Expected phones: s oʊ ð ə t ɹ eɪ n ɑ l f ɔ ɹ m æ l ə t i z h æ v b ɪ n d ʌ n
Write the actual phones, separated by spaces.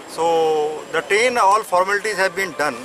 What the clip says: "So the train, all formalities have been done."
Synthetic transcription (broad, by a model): s oʊ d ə t eɪ n ɑ l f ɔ ɹ m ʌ l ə t i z h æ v b ɪ n d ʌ n